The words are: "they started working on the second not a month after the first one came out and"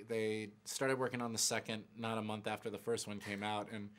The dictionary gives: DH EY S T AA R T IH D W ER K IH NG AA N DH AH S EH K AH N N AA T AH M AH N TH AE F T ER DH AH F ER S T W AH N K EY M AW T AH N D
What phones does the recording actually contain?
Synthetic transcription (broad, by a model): DH EY S T AA R T IH D W ER K IH NG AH N DH AH S EH K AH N N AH T AH M AH N TH AE F T ER DH AH F ER S T W AH N K EY M AW T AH N